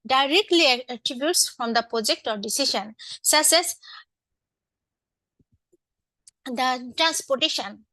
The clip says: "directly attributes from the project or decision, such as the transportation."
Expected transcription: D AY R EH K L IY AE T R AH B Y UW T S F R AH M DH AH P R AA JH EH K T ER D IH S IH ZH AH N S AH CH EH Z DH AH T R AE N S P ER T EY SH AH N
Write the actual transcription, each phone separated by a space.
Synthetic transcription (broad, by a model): D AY R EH K L IY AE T R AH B Y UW T S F R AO M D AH P R AA JH EH K T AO D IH S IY SH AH N S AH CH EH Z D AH T R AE N S P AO T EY SH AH N